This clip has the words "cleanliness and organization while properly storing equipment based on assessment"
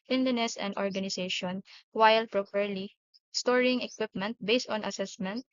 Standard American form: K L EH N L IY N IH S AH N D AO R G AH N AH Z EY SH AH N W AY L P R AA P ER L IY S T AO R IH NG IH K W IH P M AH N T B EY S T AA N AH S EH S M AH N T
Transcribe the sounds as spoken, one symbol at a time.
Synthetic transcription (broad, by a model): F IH N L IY N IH S AH N D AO R G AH N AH S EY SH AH N W AY L P R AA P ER L IY S T AO R IH NG IH K W IH P M AH N T B EY S T AA N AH S EH S M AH N T